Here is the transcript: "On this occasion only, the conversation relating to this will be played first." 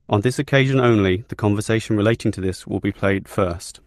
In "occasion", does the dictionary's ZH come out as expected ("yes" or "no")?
yes